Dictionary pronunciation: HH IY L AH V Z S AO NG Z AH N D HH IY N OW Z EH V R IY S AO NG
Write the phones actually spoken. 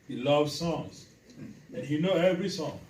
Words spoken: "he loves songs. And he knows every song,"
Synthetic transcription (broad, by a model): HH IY L AH V Z S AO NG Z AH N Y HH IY N OW EH V R IY S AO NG